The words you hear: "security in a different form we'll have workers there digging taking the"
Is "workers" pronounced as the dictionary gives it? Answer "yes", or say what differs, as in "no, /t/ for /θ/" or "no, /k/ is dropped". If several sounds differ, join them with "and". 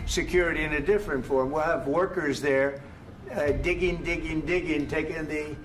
yes